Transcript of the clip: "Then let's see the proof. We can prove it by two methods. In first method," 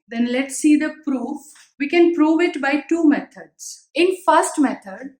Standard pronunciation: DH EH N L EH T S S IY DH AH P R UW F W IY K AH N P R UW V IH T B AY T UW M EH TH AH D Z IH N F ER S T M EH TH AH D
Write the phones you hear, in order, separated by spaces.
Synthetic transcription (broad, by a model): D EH N L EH T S S IY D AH P R UW F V IY K AH N P R UW V IH T B AY T UW M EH T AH D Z IH N F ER S T M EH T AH D